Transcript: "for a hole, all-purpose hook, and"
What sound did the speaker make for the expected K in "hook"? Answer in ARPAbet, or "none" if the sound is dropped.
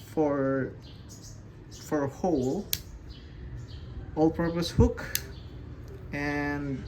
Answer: K